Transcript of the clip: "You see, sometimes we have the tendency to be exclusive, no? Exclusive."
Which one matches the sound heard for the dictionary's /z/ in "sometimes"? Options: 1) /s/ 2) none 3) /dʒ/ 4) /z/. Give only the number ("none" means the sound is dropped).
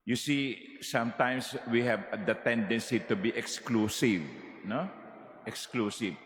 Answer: 1